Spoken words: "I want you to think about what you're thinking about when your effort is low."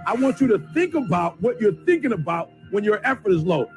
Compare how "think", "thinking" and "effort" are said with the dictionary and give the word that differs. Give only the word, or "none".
none